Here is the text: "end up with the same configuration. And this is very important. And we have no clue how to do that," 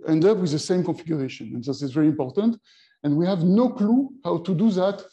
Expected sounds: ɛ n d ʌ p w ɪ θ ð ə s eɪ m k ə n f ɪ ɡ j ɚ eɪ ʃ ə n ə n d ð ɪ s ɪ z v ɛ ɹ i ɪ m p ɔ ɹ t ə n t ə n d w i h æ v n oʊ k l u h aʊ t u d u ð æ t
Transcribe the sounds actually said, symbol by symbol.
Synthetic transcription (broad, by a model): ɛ n d ʌ p w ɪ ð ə s eɪ m k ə n f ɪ ɡ j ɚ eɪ ʃ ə n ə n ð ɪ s ɪ z v ɛ ɹ i ɪ m p ɔ ɹ t ə n t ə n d w i h æ v n oʊ k l u h aʊ t u d u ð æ t